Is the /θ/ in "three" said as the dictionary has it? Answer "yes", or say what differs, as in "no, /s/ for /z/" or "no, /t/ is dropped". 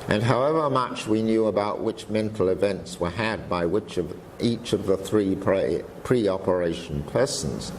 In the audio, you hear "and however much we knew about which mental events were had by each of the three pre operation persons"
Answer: yes